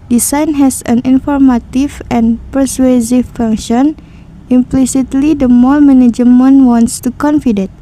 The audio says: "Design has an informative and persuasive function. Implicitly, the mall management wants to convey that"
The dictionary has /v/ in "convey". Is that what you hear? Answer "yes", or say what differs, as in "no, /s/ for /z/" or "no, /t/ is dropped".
no, /f/ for /v/